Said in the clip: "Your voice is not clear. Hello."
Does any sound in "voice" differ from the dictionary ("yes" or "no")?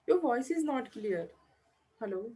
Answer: no